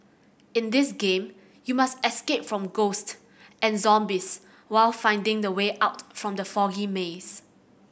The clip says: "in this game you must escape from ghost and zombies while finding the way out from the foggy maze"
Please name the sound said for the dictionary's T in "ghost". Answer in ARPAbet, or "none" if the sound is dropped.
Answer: T